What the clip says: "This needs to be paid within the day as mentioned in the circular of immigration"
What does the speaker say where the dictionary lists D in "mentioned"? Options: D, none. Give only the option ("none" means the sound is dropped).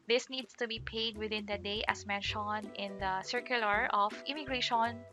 none